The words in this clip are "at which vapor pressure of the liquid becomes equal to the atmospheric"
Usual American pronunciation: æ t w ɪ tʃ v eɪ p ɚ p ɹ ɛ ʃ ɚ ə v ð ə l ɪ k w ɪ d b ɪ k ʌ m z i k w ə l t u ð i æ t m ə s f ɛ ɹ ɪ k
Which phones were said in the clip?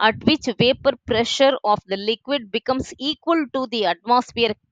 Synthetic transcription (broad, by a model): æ t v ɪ tʃ v eɪ p ɚ p ɹ ɛ ʃ ɚ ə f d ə l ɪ k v ɪ d b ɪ k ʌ m s i k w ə l t u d i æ t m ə s f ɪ ɹ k